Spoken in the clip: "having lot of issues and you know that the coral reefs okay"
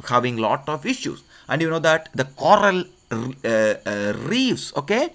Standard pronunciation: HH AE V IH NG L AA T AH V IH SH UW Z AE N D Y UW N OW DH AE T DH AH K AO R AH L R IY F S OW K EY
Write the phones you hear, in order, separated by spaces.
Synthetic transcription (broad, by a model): HH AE V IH NG L AA T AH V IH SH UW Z AE N D Y UW N OW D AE T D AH K AO R AH L R IY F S OW K EY